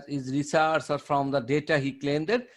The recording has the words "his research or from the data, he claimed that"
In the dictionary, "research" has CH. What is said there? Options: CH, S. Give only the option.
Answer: S